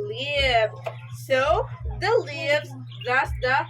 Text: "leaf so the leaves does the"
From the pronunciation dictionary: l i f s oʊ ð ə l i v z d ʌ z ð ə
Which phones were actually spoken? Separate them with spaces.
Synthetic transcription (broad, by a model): l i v s oʊ ð ə l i v z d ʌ s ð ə